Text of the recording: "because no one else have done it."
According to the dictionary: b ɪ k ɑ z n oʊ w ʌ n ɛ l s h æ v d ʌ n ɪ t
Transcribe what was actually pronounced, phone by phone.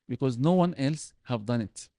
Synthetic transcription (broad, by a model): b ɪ k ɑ z n oʊ w ʌ n ɛ l s h æ v d ʌ n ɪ t